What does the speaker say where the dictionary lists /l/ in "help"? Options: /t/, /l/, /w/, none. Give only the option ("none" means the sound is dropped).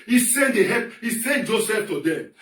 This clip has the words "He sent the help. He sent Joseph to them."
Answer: none